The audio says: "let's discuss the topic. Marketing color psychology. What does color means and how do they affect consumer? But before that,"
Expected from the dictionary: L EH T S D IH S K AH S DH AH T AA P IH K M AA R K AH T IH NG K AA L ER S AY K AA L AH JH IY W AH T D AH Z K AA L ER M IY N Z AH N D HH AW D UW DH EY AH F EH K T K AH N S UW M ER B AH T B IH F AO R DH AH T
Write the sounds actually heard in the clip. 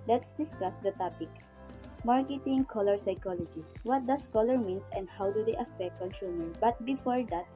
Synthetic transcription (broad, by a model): L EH T S D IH S K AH S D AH T AA P IH K M AA R K AH T IH NG K AA L ER S AY K AA L AH JH IY W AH T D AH S K AA L ER M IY N S AH N D HH AW D UW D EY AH F EH K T K AH N S UW M ER B AH T B IH F AO R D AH T